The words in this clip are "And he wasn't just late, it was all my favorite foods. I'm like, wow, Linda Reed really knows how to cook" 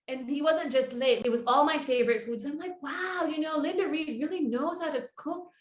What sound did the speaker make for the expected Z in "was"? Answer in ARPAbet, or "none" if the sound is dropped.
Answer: Z